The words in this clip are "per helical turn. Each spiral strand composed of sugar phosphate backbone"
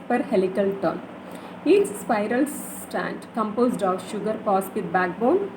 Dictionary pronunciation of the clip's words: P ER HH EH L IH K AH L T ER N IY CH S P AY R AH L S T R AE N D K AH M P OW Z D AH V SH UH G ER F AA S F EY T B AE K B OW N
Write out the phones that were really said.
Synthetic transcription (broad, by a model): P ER HH EH L IH K AH L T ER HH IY S S P AY R AH L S T AE N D K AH M P OW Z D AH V SH UH G ER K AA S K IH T B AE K B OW N